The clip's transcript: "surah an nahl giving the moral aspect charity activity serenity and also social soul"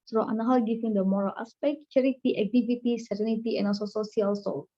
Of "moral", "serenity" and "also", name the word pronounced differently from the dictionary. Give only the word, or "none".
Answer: also